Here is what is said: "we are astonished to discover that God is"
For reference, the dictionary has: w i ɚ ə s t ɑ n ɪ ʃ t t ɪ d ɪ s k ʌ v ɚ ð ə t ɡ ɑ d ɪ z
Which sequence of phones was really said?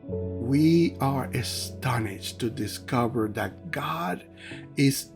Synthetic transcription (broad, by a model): w i ɚ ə s t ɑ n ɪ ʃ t t ɪ d ɪ s k ʌ v ɚ ð ə t ɡ ɑ d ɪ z